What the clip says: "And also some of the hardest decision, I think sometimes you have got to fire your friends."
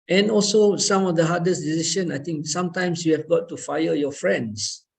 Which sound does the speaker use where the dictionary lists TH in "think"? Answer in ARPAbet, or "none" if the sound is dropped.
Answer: T